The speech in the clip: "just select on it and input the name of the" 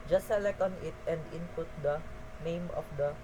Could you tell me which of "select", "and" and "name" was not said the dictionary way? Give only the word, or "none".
select